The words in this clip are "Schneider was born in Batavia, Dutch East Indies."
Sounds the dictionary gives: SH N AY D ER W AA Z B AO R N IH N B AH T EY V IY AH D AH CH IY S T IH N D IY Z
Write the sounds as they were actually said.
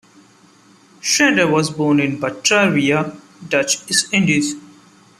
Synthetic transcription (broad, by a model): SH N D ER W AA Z B AO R N IH N B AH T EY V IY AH D AH CH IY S IH N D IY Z